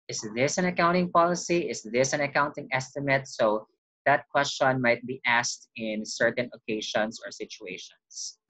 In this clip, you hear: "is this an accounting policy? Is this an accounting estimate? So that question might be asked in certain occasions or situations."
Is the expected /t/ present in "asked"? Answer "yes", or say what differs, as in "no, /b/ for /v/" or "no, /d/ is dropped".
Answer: yes